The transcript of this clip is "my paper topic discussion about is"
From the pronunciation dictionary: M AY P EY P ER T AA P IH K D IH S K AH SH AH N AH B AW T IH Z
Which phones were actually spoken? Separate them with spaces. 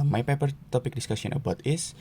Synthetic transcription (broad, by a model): M AY P EY P ER T AA P IH K D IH S K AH S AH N AH B AW T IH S